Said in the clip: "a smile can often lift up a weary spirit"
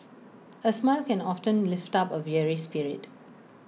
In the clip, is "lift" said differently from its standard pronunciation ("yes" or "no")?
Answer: no